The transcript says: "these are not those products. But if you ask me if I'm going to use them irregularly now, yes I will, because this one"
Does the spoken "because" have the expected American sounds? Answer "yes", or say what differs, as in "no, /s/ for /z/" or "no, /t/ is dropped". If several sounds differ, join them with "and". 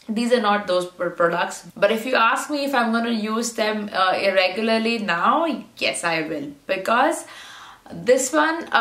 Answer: yes